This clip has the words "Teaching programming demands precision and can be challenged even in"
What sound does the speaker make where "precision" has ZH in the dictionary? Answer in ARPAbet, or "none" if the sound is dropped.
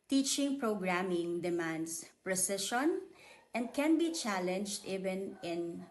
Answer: SH